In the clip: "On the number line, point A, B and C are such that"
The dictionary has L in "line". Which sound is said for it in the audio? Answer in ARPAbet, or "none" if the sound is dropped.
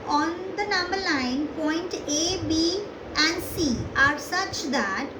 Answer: N